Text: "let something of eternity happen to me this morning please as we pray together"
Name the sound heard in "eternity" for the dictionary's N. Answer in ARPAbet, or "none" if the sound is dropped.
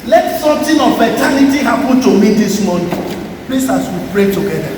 L